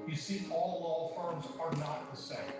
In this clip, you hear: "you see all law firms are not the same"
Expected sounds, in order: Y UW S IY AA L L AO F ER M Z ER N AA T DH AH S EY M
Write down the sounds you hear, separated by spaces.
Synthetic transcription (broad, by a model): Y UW S IY AA L L AO F ER M Z ER N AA T DH AH S EY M